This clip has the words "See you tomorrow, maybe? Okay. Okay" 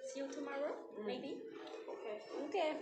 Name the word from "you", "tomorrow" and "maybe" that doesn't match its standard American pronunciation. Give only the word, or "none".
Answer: none